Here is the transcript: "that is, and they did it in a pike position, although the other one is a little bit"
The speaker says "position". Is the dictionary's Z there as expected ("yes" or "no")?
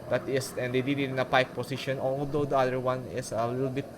no